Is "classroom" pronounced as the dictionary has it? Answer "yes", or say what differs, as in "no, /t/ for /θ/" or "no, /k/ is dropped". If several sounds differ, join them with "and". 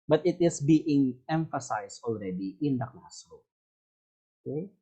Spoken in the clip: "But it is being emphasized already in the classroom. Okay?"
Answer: no, /ɹ/ is dropped and /m/ is dropped